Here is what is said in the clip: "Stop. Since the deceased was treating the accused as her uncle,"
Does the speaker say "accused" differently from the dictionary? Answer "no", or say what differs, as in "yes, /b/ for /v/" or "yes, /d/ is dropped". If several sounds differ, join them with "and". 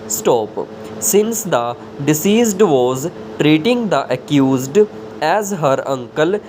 no